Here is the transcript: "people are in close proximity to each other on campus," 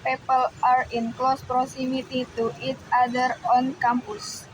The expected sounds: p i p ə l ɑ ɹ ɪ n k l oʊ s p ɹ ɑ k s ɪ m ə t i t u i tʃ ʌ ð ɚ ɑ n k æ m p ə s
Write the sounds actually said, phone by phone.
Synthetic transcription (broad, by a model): p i p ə l ɑ ɹ ɪ n k l oʊ s p ɹ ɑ s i m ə t i t u i tʃ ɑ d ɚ ɑ n k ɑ m p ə s